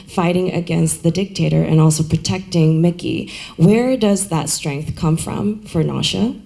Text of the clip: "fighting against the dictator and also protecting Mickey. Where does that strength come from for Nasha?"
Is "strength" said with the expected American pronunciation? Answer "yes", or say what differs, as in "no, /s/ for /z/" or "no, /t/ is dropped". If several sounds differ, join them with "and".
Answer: yes